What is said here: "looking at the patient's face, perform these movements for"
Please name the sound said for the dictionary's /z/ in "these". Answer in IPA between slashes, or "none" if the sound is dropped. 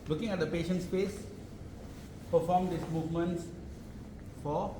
/s/